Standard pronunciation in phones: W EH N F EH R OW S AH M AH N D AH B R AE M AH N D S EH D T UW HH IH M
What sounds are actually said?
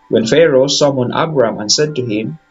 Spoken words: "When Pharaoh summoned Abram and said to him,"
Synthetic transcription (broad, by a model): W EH N F EH R OW S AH M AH N AH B R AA M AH N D S EH D T UW HH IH M